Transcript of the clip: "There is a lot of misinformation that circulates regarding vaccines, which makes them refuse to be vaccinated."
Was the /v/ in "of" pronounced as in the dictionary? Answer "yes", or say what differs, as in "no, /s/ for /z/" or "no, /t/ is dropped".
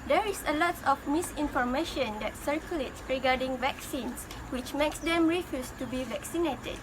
no, /f/ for /v/